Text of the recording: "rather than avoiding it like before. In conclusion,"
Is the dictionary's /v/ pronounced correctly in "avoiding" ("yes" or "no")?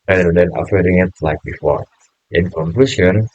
no